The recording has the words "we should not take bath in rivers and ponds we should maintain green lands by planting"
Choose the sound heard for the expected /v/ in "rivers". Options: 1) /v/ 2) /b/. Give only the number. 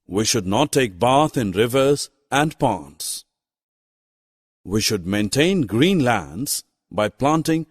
1